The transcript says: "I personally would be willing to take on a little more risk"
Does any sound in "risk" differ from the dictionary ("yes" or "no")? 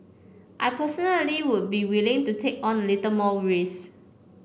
yes